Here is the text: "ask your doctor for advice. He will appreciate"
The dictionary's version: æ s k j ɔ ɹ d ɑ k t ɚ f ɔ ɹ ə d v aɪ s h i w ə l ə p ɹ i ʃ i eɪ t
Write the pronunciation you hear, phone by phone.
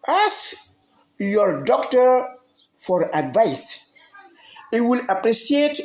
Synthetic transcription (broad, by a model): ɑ s j ɔ ɹ d ɑ k t ɚ f ɔ ɹ ə d v aɪ s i w ə l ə p ɹ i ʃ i eɪ t